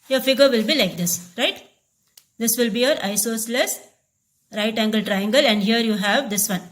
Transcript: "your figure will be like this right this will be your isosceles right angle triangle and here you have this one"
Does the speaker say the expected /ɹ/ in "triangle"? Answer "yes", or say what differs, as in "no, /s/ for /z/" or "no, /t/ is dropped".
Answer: yes